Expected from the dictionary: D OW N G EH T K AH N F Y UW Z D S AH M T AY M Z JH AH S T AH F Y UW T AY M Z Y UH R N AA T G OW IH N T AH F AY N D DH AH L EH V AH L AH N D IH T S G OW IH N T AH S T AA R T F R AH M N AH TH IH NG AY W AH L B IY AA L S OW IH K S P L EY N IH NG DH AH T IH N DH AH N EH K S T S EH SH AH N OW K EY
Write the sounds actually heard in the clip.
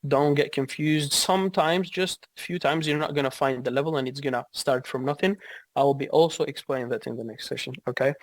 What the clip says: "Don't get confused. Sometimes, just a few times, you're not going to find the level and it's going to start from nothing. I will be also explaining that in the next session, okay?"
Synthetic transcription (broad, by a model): D OW N G EH T K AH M F Y UW Z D S AH M T AY M Z JH AH S T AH F Y UW T AY M Z Y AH R N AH T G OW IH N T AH F AY N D DH AH L EH V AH L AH N IH T S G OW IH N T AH S T AA R T F R AH M N AH TH IH NG AY W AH L B IY AA L S OW IH K S P L EY N IH NG DH AH T IH N DH AH N EH K S T S EH SH AH N OW K EY